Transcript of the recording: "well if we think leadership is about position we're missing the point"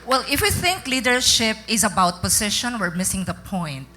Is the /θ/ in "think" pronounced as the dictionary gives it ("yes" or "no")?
yes